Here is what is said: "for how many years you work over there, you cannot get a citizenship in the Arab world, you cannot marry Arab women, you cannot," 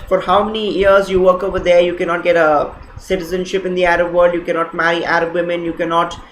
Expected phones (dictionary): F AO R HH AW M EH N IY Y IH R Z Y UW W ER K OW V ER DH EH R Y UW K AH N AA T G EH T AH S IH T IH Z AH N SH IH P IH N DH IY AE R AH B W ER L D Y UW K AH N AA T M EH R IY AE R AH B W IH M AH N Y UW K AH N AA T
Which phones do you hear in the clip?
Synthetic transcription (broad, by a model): F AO R HH AW M EH N IY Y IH R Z Y UW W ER K OW V ER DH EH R Y UW K AH N AA T G EH T AH S IH T IH Z AH N SH IH P IH N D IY AE R AH B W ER L D Y UW K AH N AA T M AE R IY AE R AH B W IH M AH N Y UW K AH N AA T